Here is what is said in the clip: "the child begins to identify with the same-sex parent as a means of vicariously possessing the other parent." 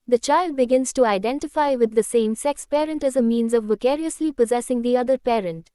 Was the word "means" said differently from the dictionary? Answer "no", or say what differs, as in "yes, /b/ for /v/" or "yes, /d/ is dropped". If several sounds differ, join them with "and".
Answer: no